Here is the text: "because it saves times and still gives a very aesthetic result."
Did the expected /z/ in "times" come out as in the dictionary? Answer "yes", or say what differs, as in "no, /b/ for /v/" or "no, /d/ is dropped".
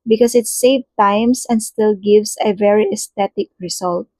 no, /s/ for /z/